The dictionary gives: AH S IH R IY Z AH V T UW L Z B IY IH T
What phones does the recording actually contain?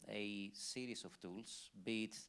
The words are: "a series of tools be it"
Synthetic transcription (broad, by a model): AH S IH R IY S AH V T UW L S B IY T